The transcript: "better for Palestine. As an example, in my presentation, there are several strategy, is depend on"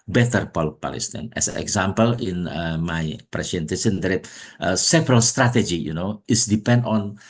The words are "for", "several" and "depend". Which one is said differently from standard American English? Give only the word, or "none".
for